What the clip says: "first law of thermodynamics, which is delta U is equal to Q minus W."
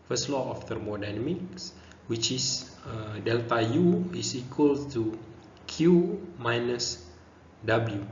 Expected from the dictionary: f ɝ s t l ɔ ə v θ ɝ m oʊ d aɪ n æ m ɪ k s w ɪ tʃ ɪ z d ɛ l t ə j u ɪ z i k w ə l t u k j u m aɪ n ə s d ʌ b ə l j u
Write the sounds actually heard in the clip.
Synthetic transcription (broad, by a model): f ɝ s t l ɔ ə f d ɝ m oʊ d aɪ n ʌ m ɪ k s w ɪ tʃ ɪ s d ɛ l t ə j u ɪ s i k w ə l t u k j u m aɪ n ə s d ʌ b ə l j u